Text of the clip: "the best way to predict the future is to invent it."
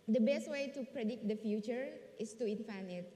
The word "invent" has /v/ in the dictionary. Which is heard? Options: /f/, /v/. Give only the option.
/f/